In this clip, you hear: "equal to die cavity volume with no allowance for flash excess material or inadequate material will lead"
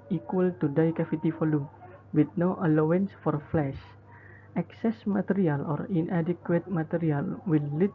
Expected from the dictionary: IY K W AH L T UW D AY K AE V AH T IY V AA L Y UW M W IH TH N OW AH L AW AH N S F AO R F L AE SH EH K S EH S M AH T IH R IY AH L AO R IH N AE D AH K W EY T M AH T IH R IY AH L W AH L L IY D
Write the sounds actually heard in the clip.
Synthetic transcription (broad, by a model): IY K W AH L T UW D AY K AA F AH T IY F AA L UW W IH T N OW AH L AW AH N S F AO R F L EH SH EH K S EH S M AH T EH R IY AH L AO R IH N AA D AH K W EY T M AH T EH R IY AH L W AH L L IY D